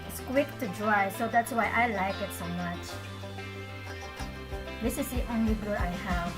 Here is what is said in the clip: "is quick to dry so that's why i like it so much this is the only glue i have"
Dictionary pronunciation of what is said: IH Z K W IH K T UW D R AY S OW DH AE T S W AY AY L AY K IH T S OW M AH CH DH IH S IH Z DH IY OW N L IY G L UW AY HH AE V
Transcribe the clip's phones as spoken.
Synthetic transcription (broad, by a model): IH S K W IH K T UW D R AY S OW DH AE T S W AY AY L AY K IH T S OW M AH CH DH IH S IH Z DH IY OW N L IY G UW AY HH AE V